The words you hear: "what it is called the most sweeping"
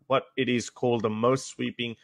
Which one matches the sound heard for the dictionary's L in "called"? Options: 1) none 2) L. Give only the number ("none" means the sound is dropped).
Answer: 2